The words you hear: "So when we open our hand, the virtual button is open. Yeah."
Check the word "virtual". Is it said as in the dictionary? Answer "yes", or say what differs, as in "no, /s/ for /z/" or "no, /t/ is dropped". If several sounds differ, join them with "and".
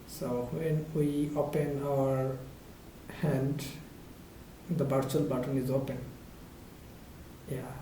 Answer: no, /b/ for /v/